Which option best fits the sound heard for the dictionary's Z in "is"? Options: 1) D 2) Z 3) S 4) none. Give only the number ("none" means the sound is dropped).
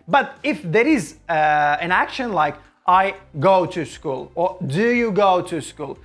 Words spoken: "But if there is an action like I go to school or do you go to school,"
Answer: 2